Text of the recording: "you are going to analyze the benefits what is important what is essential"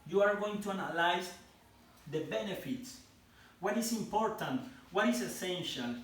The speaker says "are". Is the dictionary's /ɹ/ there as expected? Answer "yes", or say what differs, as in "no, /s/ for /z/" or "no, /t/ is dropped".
yes